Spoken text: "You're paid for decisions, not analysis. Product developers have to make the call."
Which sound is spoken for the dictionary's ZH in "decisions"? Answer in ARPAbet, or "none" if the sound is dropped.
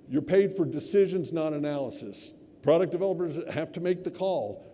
ZH